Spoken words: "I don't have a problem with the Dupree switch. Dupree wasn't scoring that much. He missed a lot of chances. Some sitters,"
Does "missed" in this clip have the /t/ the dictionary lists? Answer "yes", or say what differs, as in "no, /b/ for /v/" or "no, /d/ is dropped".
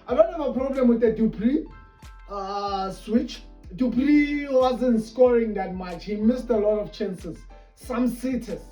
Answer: yes